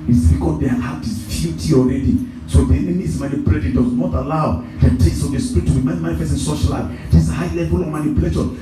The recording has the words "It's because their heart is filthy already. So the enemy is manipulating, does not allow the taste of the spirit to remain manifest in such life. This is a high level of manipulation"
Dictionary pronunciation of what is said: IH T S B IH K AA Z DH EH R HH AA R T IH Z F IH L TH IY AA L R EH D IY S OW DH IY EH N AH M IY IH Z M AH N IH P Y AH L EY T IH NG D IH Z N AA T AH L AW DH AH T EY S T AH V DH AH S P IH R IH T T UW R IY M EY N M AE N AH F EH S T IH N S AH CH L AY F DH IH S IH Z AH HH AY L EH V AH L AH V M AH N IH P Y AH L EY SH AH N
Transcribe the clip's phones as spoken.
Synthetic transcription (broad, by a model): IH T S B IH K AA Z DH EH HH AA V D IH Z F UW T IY AA L R EH D IY S OW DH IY EH N AH M IY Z M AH N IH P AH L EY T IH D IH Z N AA T AH L AW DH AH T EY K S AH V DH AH S P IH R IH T T UW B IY M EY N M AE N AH F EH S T IH N S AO SH L AY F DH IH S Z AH HH AY L EH V AH L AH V M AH N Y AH L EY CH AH